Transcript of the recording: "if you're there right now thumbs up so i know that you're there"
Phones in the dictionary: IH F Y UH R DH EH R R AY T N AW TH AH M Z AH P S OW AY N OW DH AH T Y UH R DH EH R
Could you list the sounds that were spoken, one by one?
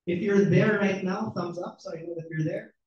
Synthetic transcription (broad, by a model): IH F Y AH R DH EH R R AY T N AW TH AH M Z AH P S OW AY N OW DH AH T Y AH R DH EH R